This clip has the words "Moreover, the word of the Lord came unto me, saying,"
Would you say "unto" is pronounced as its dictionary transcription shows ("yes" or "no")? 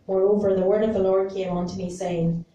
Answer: yes